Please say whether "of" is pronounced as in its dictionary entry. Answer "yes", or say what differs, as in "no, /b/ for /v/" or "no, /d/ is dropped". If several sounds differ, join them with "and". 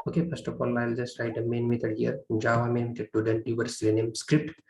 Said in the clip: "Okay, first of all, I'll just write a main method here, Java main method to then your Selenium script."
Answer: no, /p/ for /v/